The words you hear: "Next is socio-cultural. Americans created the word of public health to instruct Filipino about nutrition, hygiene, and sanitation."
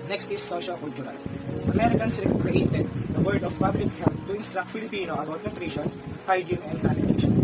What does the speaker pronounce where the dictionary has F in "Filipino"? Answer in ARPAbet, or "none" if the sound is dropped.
F